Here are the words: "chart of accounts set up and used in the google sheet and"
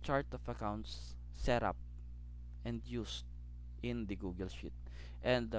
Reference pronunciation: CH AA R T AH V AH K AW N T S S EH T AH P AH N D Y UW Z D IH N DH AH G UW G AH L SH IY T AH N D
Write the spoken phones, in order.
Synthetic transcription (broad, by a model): CH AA R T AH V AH K AW N T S S EH T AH P AH N D Y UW S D IH N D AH G UW G AH L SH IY T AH N D